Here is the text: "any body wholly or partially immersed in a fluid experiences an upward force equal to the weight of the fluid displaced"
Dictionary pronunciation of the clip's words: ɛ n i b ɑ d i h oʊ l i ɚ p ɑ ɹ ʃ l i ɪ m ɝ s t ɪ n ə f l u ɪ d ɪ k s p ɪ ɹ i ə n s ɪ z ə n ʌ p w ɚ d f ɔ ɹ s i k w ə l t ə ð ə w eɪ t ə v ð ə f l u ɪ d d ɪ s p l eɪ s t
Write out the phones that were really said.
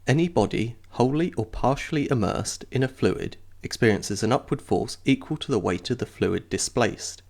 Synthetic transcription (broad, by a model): ɛ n i b ɑ d i h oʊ l i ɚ p ɑ ɹ ʃ l i ɪ m ɝ s t ɪ n ə f l u ɪ d ɪ k s p ɪ ɹ i ə n s ɪ z ə n ʌ p w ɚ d f ɔ ɹ s i k w ə l t ə ð ə w eɪ t ə v ð ə f l u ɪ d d ɪ s p l eɪ s t